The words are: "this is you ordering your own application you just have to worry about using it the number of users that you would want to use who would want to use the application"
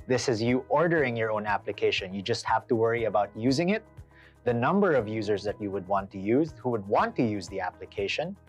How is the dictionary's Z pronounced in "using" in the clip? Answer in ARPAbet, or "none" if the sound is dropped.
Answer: Z